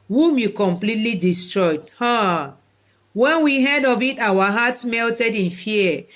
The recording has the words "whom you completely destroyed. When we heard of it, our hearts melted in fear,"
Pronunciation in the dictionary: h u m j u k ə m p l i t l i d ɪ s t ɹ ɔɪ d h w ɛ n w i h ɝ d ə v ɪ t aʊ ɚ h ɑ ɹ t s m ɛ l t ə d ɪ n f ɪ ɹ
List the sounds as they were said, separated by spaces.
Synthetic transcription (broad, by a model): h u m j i k ə m p l i t l i d ɪ s t ɹ ɔɪ d h w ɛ n w i h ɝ d ə v ɪ t aʊ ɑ h ɑ t s m ɛ l t ə d ɪ n f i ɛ